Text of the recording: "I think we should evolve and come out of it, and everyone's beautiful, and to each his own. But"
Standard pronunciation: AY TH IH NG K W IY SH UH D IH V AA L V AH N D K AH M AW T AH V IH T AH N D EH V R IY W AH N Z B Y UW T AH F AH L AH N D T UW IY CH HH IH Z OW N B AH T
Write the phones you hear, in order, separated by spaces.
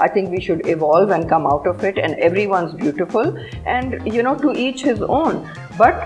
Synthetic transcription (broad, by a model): AY T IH NG K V IY SH UH D IH V AA L V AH N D K AH M AW T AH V IH T AH N D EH V R IY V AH N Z B Y UW T AH F AH L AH N D T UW IY CH HH IH Z OW N B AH T